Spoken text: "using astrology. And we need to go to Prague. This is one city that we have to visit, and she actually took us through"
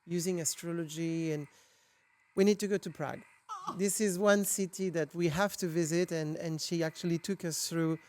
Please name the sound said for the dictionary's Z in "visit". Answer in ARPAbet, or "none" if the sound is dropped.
Z